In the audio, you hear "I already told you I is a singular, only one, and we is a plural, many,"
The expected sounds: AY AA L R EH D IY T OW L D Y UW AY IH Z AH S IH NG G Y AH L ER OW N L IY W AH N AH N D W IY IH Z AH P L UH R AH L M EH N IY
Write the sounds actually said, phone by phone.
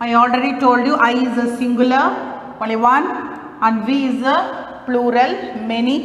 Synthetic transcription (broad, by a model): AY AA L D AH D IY T OW L D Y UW AY IH Z AH S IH NG G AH L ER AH L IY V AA N AH N D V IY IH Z AH P L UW R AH L M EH N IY